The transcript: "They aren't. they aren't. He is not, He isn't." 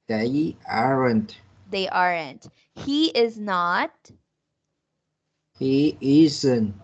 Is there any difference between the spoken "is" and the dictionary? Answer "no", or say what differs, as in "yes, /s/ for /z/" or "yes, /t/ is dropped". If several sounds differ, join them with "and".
no